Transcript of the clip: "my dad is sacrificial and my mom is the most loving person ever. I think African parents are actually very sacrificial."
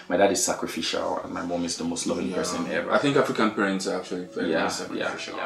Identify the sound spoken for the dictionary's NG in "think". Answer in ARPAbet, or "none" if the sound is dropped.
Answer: NG